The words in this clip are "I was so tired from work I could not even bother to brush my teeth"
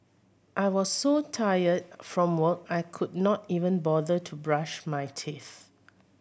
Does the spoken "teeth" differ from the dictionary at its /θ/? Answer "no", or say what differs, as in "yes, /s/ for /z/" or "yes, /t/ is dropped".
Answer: no